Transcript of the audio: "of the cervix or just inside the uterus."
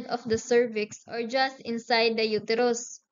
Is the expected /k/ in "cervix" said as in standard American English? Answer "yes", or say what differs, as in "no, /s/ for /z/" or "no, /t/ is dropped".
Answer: yes